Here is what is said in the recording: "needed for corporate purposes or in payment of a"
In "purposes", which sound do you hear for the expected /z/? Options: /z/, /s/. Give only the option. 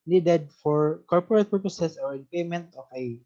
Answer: /s/